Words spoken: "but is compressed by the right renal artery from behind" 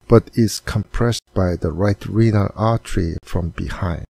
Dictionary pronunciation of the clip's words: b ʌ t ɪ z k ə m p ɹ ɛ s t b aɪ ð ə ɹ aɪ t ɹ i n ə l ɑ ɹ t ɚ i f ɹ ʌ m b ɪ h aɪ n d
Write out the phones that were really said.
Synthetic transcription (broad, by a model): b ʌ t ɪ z k ə m p ɹ ɛ s t b aɪ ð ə ɹ aɪ t ɹ i n ə l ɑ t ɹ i f ɹ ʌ m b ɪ h aɪ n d